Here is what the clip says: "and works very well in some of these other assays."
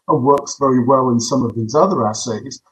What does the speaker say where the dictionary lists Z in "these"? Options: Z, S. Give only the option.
Z